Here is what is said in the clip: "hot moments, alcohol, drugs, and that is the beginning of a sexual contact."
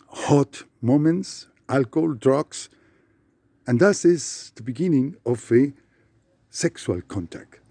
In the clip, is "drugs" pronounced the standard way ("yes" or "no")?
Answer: no